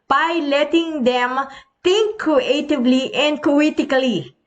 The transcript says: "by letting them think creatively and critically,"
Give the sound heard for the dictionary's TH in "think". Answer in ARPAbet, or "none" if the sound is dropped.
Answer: T